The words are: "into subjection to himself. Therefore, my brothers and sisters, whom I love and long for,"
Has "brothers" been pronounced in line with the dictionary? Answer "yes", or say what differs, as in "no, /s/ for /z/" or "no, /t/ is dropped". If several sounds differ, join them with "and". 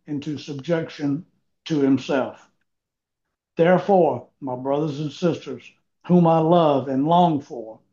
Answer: yes